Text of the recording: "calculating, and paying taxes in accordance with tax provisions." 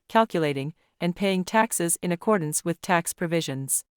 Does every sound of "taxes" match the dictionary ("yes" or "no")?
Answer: yes